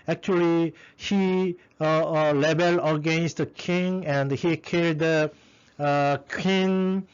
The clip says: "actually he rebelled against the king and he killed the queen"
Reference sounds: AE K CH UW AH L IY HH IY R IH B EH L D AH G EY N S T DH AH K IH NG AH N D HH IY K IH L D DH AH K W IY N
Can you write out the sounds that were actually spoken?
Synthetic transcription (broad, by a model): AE K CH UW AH L IY HH IY L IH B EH L AH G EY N S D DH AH K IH NG AH N D HH IY K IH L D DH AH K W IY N